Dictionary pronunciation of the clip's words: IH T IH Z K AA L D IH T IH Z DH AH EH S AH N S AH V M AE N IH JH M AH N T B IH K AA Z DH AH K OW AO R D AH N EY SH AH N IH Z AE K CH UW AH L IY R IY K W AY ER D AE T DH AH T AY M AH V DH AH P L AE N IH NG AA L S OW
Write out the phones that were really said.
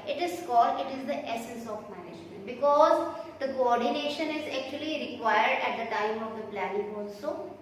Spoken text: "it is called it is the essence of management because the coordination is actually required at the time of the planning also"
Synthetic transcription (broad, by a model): IH T IH Z K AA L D IH T IH Z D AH EH S AH N S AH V M AE N IH JH M AH N T B IH K AA Z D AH K OW AO R D AH N EY SH AH N IH Z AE K CH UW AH L IY R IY K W AY ER D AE T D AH T AY M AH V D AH P L AE N IH NG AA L S OW